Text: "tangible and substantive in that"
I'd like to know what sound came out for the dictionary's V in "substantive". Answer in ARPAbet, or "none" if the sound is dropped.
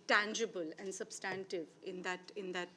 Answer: V